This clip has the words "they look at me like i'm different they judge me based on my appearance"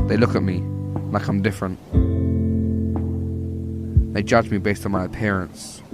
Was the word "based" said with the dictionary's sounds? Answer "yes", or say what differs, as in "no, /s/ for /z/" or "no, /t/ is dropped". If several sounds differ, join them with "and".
yes